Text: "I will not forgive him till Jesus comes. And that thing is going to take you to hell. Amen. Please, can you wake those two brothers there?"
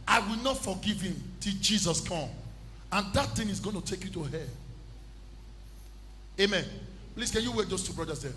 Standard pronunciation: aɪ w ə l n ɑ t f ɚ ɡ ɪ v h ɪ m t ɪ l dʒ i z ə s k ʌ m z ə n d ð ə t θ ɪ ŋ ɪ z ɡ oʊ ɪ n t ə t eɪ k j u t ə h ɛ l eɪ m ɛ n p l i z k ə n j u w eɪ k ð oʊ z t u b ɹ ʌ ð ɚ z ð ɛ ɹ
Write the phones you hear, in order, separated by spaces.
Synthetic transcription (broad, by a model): aɪ w ə l n ɑ t f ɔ ɡ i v h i m t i l dʒ i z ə s k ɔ m ə n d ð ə t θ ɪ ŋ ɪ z ɡ oʊ ɪ n t ə t eɪ k j u t ə h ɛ eɪ m ɛ n p l i s k ə n j u w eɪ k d oʊ s t u b ɹ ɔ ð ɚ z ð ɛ